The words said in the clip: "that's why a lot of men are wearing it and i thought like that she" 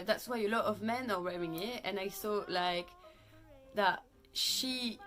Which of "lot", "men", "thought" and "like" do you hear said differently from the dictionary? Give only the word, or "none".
thought